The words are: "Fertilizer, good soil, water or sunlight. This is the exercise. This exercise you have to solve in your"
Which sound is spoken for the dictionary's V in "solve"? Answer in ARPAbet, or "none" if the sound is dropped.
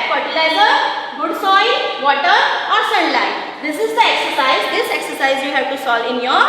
none